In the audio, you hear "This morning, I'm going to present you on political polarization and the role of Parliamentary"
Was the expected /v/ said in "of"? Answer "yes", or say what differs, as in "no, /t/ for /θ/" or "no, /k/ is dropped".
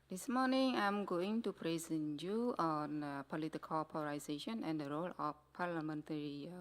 no, /f/ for /v/